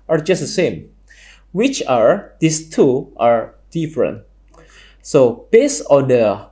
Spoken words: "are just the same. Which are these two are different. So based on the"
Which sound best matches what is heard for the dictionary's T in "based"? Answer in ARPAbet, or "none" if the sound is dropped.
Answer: none